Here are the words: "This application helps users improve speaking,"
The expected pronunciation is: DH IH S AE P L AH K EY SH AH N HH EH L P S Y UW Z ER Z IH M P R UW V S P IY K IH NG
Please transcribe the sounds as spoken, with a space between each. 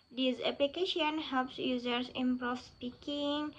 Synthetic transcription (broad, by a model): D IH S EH P L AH K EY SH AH N HH EH L P S Y UW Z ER S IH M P R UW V S P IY K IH NG